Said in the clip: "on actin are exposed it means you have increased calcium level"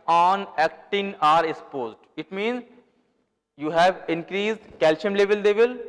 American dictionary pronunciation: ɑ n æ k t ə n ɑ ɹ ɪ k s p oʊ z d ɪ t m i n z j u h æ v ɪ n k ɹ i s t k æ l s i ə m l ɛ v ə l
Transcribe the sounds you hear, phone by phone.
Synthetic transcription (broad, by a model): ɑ n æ k t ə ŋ ɑ ɹ ɪ k s p oʊ z d ɪ t m i n z j u h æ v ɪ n k ɹ i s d k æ l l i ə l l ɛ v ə l